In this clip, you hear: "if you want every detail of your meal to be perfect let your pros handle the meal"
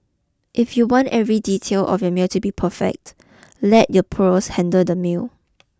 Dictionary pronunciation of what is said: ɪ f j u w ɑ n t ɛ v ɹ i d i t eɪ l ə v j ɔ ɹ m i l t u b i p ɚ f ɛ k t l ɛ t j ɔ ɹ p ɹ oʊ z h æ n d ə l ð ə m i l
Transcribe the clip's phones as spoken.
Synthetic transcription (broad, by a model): ɪ f j u w ɑ n t ɛ v ɹ i d i t eɪ l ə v j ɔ m i l t u b i p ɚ f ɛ k t l ɛ t j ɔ p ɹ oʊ s h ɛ n d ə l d ə m i l